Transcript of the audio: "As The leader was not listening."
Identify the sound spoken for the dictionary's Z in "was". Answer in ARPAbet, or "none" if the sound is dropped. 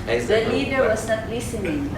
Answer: S